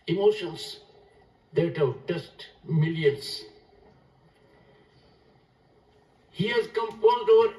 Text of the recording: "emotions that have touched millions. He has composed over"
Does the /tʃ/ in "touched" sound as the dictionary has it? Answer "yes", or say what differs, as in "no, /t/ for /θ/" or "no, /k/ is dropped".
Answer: no, /s/ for /tʃ/